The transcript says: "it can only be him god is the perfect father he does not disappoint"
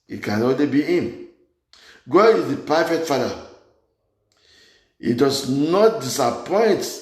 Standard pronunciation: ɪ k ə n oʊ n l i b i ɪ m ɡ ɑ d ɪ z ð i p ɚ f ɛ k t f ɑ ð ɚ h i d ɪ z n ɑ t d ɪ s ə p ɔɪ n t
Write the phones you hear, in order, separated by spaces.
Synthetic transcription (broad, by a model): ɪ k ə n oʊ l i b i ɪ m ɡ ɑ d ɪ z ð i p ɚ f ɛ t f ɑ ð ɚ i d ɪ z n ɑ t d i s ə p ɔɪ n t